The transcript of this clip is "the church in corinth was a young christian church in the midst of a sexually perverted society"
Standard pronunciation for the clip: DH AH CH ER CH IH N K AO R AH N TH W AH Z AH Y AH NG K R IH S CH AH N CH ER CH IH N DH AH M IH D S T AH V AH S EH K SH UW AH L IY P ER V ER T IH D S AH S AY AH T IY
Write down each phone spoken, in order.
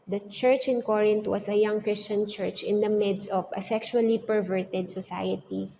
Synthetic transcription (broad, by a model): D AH CH ER CH IH N K AO R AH N T W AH S AH Y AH NG K R IH S CH AH N CH ER CH IH N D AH M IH D S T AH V AH S EH K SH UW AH L IY P ER V ER T IH D S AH S AY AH T IY